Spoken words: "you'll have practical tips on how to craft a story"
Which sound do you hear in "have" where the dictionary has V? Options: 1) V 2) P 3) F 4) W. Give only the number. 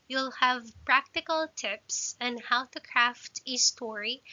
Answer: 1